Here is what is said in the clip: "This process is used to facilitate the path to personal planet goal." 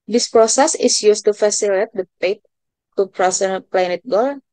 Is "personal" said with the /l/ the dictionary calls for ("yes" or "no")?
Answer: no